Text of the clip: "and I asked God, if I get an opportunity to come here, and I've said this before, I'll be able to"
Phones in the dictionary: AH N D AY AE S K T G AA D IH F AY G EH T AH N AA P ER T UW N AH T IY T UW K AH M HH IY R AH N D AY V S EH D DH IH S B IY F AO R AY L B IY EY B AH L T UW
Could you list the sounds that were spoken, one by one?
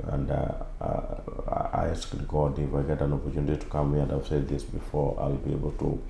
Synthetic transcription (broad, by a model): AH N D AY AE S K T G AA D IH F AY G EH T AH N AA P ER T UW N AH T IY T UW K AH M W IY AH N D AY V S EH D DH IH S B IY F AO R AY L B IY EY B AH L T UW